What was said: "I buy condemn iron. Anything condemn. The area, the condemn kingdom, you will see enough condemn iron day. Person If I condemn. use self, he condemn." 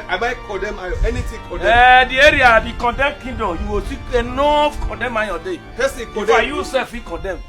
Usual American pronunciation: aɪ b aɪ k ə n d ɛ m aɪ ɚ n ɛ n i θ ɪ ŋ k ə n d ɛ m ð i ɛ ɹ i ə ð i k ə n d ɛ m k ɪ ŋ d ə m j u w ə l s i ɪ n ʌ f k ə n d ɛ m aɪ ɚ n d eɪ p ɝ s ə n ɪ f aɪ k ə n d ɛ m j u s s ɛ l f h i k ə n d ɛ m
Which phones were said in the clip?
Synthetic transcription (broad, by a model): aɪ b aɪ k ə d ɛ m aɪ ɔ ɛ n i t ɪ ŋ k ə d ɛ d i ɛ ɹ i ə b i k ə n d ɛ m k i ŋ d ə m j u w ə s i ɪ n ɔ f k ə n d ɛ m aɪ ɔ d eɪ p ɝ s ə ɪ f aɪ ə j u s s ɛ l f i k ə n d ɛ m